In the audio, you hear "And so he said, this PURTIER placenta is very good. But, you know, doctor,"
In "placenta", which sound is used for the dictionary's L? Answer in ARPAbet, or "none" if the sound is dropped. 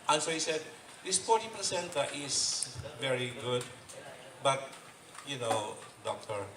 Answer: none